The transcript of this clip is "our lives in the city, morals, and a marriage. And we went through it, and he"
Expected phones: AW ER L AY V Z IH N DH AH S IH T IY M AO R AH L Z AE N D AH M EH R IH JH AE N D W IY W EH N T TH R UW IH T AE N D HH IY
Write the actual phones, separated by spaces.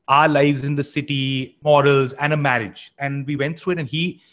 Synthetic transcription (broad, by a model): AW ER L AY V Z IH N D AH S IH T IY M AO R AH L Z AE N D AH M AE R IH JH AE N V IY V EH N T T R UW IH T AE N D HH IY